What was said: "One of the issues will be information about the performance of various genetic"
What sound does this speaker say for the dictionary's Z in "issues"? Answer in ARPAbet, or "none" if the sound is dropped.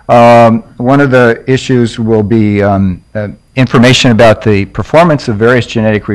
Z